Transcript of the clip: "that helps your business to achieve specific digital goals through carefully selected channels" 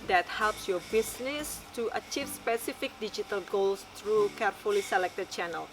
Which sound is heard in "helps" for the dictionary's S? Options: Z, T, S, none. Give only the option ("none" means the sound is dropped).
S